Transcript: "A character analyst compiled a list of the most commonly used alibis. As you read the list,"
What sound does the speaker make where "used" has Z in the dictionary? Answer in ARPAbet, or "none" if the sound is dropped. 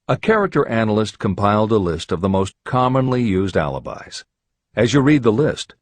Z